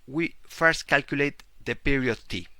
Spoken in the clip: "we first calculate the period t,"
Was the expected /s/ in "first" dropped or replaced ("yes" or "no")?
no